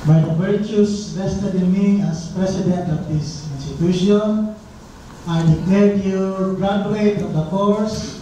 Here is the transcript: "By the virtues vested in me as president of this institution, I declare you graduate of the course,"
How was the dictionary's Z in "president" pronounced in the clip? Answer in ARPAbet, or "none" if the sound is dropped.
S